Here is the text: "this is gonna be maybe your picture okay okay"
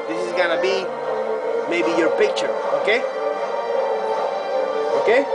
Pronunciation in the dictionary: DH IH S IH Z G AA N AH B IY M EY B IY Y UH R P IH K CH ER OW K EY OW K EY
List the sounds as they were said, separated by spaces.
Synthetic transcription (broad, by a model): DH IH S IH Z G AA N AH B IY M EY B IY Y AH R P IH K CH ER OW K EY OW K EY